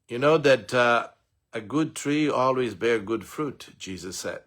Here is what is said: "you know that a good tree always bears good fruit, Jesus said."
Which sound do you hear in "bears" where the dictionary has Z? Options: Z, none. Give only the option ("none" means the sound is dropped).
none